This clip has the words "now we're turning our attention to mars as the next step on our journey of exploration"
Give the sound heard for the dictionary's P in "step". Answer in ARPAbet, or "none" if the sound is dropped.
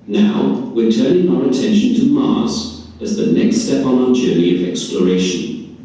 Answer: P